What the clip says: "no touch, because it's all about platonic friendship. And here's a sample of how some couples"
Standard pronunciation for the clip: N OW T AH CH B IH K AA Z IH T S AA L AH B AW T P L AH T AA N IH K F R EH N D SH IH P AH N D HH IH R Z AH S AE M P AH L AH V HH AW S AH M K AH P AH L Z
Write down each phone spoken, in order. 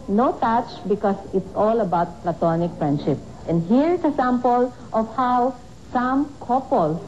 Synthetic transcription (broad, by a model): N OW T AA CH B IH K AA S IH T S AA L AH B AW T P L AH T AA N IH K F R EH N D SH IH P AH N D HH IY R S AH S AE M P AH L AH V HH AW S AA M K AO P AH L